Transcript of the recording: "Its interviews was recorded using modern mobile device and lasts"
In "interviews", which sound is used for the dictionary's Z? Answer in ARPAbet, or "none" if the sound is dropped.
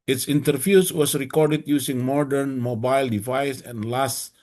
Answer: S